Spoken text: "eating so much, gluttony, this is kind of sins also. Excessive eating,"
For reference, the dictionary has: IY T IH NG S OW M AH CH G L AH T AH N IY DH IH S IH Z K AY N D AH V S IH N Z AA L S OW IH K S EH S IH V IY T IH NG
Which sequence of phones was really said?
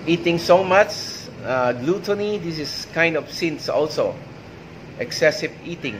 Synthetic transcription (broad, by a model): IY T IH NG S OW M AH CH G L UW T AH N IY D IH S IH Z K AY N D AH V S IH N S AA L S OW IH K S EH S IH V IY T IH NG